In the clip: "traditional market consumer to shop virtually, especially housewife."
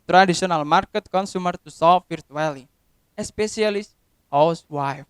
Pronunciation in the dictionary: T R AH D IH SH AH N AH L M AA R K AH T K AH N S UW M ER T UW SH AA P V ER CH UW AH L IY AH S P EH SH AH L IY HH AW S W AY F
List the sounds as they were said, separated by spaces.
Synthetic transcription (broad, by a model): T R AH D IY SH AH N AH L M AA R K AH T K AH N S UW M ER T UW S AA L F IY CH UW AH L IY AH S P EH S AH L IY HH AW S W AY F